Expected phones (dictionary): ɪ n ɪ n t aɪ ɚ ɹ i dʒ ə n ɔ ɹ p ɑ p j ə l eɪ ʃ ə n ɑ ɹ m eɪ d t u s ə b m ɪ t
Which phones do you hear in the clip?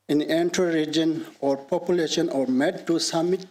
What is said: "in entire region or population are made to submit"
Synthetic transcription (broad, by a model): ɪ n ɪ n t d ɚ ɹ i dʒ ə n ɔ ɹ p ɑ p j ə l eɪ ʃ ə n ɑ ɹ m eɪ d t u s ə m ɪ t